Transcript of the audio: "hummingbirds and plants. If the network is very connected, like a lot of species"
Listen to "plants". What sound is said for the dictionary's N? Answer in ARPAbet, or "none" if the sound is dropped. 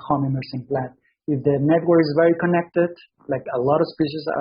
none